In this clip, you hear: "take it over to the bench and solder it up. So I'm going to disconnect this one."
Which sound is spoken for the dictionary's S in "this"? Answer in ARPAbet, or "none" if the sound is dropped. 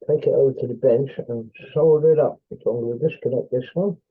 S